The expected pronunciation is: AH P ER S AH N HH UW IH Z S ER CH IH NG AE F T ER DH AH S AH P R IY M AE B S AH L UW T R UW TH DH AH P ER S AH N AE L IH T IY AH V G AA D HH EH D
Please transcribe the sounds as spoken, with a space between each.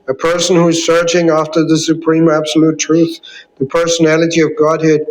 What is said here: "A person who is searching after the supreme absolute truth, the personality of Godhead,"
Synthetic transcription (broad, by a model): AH P ER S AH N HH UW IH Z S ER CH IH NG AE F T ER DH AH S AH P R IY M AE B S AH L UW T R UW TH DH AH P ER S AH N AE L IH T IY AH V G AA D HH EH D